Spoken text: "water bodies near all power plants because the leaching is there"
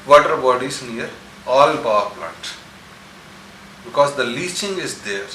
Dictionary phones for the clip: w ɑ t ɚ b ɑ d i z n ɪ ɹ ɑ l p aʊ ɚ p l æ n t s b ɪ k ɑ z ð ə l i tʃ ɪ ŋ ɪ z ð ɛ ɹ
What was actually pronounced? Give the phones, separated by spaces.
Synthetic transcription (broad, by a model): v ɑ t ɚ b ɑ d i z n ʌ ɹ ɑ l b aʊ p l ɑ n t b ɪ k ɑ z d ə l i tʃ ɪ ŋ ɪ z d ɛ ɹ